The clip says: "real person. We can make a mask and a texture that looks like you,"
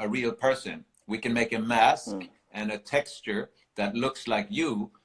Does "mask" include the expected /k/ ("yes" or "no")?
yes